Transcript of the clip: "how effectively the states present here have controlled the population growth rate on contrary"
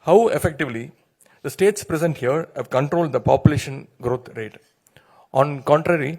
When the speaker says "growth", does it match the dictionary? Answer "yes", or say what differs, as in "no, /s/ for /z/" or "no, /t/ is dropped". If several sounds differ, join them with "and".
no, /t/ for /θ/